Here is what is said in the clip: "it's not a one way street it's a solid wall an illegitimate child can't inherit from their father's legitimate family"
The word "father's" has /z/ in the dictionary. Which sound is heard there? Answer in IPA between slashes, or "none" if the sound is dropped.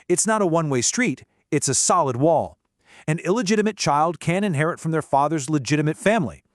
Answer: /z/